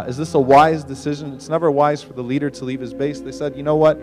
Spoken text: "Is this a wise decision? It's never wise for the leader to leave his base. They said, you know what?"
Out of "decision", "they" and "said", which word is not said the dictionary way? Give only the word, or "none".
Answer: none